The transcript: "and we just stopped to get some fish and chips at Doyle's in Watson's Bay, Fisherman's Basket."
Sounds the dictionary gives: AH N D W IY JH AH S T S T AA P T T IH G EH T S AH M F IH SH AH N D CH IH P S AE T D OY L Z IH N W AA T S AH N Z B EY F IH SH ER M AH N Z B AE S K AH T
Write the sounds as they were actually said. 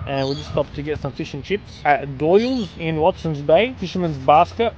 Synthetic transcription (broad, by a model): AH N W IY JH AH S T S T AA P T T IH G EH T S AH M F IH SH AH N CH IH P S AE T D OY L Z IH N W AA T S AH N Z B EY F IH SH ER M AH N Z B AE S K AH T